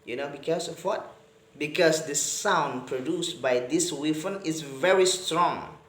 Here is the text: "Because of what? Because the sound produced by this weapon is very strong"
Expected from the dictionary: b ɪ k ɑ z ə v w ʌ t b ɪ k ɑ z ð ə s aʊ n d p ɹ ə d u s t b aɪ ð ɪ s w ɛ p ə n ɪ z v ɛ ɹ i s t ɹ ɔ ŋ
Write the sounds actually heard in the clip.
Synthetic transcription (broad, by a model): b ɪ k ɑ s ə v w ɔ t b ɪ k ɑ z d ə s aʊ n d p ɹ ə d u s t b aɪ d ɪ s w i f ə n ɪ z v ɛ ɹ i s t ɹ ɔ ŋ